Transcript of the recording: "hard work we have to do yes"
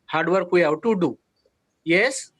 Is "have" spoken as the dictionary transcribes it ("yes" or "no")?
no